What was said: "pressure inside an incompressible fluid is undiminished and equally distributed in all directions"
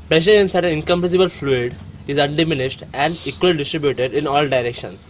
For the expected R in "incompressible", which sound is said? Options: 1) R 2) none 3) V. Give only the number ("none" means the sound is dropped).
2